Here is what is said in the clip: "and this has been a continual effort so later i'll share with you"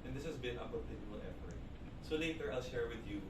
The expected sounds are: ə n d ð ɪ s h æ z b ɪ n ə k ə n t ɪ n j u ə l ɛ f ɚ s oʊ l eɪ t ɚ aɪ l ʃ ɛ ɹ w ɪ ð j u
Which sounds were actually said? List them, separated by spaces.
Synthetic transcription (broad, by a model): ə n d ð ɪ s h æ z b ɪ n ə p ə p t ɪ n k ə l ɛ p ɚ s oʊ l eɪ t ɚ aɪ l ʃ ɛ ɹ w ɪ ð j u